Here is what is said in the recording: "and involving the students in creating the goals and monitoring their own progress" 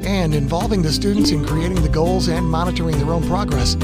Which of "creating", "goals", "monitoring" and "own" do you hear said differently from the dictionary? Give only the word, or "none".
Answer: none